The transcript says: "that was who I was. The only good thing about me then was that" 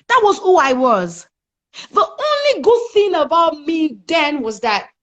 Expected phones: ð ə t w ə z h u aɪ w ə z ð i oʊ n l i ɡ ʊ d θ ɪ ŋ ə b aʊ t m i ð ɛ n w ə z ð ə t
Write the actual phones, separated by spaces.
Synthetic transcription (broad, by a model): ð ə t w ə z h u aɪ w ə z ð i oʊ n l i ɡ ʊ d θ ɪ ŋ ə b aʊ t m i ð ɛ n w ə z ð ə t